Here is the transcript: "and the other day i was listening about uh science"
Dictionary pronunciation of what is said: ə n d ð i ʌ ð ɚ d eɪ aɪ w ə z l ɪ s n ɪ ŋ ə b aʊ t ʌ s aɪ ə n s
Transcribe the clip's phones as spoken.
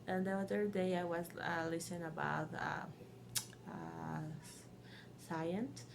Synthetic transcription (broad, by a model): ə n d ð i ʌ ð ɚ d eɪ aɪ w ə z l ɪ s ɪ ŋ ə b aʊ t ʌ s aɪ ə n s